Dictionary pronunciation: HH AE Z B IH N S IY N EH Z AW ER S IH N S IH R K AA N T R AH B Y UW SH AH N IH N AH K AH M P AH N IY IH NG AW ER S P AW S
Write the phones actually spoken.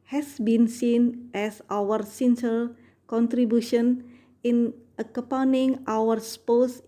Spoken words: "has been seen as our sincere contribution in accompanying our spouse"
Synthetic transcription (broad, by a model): HH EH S B IH N S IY N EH S AW ER S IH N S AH L K AA N T R AH B Y UW SH AH N IH N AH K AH P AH N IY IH NG AW ER S P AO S